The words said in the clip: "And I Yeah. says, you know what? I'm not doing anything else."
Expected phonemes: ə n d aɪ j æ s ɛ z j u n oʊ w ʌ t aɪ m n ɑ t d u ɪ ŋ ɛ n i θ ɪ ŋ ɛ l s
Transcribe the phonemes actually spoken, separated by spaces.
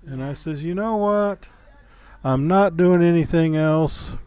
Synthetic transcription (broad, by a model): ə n aɪ s ɛ z j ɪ n oʊ w ʌ t aɪ m n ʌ t d u ɪ ŋ ɛ n i θ ɪ ŋ ɛ l s